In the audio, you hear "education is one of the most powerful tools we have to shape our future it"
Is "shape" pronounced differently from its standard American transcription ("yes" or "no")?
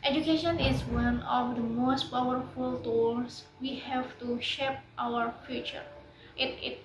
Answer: no